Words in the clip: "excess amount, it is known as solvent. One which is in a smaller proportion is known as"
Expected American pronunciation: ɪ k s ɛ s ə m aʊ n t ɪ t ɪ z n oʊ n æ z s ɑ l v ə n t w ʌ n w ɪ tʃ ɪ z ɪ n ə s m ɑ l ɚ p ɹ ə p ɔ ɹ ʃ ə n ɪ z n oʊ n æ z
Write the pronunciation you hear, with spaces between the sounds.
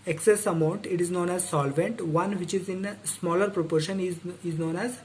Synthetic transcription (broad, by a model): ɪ k s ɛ s ə m aʊ n t ɪ t ɪ z n oʊ n æ z s ɑ l v ə n t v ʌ n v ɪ tʃ ɪ z ɪ n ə s m ɑ l ɚ p ɹ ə p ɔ ɹ ʃ ə n ɪ z n oʊ n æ z